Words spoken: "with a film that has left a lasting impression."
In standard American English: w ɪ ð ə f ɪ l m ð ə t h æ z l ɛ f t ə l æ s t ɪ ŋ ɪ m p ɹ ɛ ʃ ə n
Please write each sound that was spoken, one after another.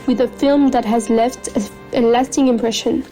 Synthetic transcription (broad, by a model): w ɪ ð ə f ɪ l m ð ə t h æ z l ɛ f t ə l æ s t ɪ ŋ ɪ m p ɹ ɛ ʃ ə n